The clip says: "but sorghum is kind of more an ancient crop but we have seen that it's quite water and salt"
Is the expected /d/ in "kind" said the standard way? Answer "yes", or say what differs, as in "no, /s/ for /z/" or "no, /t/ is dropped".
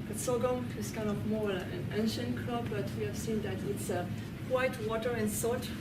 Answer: no, /d/ is dropped